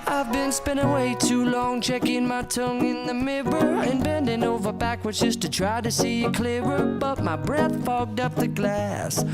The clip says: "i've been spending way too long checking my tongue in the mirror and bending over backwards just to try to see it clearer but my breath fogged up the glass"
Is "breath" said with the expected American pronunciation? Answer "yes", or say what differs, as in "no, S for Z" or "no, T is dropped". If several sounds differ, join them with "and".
yes